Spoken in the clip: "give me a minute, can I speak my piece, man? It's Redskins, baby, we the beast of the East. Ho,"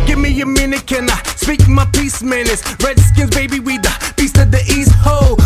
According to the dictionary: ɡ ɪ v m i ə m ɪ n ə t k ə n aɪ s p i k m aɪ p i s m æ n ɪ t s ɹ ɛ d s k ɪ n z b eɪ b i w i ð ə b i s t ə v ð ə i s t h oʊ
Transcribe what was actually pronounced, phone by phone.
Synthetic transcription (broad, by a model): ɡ ɪ v m i ə m ɪ n ə t k ə n aɪ s p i k m aɪ p i s m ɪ n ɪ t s ɹ ɛ d s k ɪ n z b eɪ b i w i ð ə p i s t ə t ð ə i s t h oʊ